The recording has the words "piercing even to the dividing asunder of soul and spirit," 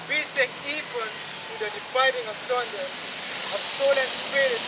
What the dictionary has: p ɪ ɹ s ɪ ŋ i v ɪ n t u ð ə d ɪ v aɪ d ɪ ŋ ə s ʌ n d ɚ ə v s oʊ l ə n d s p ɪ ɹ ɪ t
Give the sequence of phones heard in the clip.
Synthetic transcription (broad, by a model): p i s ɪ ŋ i p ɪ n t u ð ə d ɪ f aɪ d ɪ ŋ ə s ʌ n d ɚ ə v s oʊ l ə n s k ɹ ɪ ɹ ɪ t